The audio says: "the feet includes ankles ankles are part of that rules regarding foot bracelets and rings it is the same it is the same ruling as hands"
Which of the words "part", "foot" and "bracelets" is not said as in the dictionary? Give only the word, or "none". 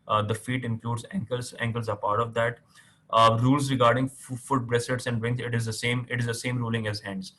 bracelets